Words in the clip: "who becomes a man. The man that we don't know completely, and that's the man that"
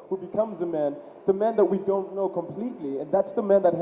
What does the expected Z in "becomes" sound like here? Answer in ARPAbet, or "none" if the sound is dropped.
Z